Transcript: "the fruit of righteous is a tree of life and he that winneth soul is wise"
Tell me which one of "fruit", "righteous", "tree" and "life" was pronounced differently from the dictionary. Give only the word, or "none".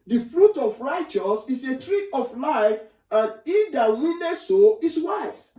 none